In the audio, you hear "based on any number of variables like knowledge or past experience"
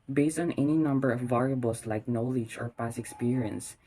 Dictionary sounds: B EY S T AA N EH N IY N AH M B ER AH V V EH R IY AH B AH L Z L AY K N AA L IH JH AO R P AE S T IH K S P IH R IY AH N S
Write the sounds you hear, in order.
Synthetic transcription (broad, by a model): B EY S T AA N EH N IY N AH M B ER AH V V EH R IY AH B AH L S L AY K N AA L IH JH AO R P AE S IH K S P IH R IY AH N S